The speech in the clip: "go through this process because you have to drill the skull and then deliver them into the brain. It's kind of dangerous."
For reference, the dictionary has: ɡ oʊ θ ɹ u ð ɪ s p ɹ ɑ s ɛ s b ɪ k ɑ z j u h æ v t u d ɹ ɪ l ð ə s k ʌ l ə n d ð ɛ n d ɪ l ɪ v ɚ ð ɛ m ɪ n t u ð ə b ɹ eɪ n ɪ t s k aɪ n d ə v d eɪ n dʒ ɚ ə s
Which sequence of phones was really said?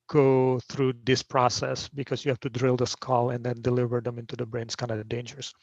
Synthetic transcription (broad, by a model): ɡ oʊ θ ɹ u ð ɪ s p ɹ ɑ s ɛ s b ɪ k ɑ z j u h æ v t u d ɹ ɪ l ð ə s k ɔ l ə n d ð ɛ n d ɪ l ɪ v ɚ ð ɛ m ɪ n t u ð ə b ɹ eɪ n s k aɪ n d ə d eɪ n dʒ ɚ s